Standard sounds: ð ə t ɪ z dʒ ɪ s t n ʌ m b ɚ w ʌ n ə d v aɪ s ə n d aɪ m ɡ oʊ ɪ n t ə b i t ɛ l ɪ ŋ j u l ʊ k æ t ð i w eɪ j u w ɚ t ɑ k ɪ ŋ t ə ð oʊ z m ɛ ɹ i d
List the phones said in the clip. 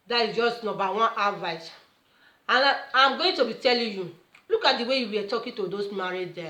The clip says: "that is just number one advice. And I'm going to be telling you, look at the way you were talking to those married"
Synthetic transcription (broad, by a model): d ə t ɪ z dʒ ɪ s t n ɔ b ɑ w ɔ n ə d v aɪ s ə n aɪ m ɡ oʊ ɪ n t ə b i t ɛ l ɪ j u l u k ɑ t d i w eɪ j u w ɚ t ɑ k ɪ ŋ t ə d oʊ s m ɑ ɹ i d